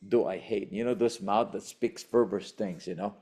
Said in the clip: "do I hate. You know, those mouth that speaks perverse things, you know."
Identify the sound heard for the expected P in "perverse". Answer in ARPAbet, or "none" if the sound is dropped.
F